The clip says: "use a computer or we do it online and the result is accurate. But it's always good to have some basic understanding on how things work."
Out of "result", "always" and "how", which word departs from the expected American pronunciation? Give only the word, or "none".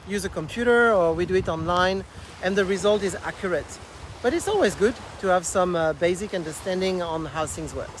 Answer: none